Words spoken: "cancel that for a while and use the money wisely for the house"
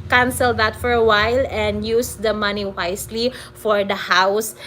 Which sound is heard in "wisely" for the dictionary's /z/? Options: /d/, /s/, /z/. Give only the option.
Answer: /s/